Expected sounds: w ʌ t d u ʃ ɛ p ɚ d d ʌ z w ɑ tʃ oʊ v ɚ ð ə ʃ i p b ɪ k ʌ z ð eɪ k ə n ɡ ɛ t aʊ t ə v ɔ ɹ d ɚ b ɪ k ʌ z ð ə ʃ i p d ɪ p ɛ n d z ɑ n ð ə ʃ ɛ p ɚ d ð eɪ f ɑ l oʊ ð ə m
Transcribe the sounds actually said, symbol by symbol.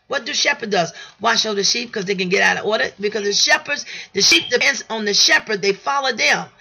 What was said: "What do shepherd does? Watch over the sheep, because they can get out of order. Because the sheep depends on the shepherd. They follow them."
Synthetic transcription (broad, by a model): w ʌ t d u ʃ ɛ p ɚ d d ʌ z w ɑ ʃ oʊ ʊ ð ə ʃ i p k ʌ z ð eɪ k ə n ɡ ɛ t aʊ t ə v ɔ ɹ d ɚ b ɪ k ʌ z ð ə ʃ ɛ p d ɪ p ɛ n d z n ð ə ʃ ɛ p ɚ d ð eɪ f ɑ l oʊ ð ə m